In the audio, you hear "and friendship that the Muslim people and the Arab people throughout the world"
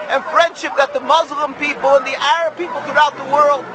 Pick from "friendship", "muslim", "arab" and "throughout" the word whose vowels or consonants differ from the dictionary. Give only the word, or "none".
none